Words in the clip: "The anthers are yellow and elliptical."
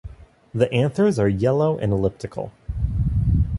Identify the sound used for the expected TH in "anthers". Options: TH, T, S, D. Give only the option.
TH